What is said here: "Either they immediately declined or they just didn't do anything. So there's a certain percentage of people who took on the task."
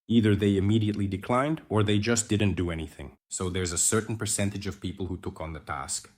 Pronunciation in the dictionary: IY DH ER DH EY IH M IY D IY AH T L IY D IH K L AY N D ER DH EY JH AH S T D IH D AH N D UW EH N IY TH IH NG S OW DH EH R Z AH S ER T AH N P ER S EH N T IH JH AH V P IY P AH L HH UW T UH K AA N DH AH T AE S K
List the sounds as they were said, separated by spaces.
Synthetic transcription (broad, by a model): IY DH ER DH EY IH M IY D IY AH T L IY D IH K L AY N D ER DH EY JH AH S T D IH D N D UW EH N IY TH IH NG S OW DH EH R Z AH S ER T N P ER S EH N T IH JH AH V P IY P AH L HH UW T UH K N DH AH T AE S K